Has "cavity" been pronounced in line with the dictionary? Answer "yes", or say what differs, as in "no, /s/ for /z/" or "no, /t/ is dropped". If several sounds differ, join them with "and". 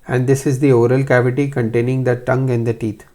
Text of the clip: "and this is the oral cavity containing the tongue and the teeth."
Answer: yes